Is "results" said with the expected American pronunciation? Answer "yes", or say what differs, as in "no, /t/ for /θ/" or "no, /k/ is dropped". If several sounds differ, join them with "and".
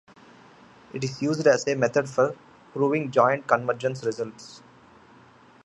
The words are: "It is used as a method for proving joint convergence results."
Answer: yes